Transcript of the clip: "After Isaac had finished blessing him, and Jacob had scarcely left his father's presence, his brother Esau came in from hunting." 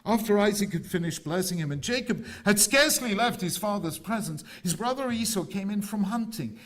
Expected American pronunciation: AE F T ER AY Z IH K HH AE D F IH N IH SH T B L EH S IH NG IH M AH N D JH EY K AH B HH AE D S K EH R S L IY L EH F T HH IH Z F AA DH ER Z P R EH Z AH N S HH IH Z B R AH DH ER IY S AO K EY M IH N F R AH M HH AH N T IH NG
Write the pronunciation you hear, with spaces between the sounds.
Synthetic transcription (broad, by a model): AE F T ER AY Z IH K HH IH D F IH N IH SH B L EH S IH NG IH M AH N JH EY K AH B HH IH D S K EH R S L IY L EH F T HH IH Z F AA DH ER Z P R EH Z AH N S HH IH Z B R AH DH ER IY S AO K EY M IH N F R AH M HH AH N T IH NG